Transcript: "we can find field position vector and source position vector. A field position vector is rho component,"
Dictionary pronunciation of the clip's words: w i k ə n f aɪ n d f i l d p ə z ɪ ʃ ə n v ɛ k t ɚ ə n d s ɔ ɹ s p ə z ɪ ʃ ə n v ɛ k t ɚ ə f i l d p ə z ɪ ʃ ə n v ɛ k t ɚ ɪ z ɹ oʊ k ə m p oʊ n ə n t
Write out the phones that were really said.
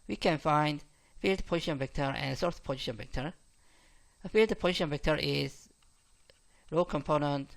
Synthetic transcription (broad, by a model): w i k ə n f aɪ n d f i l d p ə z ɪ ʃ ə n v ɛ k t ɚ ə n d s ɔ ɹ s p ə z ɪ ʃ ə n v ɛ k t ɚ ə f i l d p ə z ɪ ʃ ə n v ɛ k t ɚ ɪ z ɹ oʊ k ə m p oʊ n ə n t